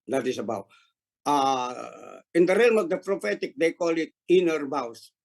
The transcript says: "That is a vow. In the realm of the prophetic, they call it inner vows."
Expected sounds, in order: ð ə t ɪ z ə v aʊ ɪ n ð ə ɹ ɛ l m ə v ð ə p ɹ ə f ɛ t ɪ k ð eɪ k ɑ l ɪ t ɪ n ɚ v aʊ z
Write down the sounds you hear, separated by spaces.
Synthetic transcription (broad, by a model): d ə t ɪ s ə b aʊ ɪ n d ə ɹ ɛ l m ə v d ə p ɹ ə f ɛ t ɪ k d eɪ k ɑ l ɪ t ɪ n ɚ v aʊ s